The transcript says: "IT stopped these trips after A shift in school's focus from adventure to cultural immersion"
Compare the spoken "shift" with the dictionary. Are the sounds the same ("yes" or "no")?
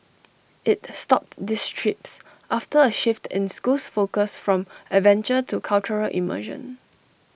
yes